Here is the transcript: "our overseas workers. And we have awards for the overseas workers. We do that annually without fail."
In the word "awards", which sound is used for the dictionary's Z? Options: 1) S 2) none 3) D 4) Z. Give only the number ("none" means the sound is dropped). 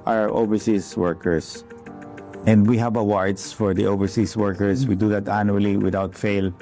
1